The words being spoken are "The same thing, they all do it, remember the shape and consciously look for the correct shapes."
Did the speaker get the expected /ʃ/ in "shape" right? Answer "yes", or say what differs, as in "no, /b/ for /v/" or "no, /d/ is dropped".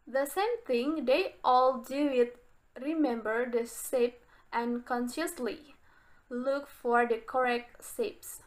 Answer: no, /s/ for /ʃ/